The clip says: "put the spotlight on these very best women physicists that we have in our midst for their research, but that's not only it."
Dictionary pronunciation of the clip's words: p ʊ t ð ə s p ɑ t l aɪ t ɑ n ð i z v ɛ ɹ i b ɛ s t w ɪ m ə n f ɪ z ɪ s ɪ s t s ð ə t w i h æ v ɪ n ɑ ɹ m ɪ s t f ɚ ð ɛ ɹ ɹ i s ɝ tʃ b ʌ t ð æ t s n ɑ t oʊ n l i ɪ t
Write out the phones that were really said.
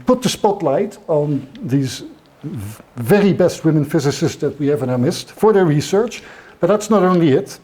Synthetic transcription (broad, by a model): p ʊ t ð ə s p ɑ t l aɪ t n ð i z v ɛ ɹ i b ɛ s t w ɪ m ə n f ɪ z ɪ s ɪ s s ð ə t w i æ v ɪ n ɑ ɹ m ɪ s t f ɚ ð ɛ ɹ ɹ i s ɝ tʃ b ʌ t ð æ t s n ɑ t oʊ n l i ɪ t